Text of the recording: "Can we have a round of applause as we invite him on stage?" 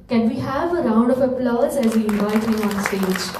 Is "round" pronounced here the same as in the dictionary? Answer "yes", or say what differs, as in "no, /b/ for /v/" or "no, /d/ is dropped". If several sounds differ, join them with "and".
yes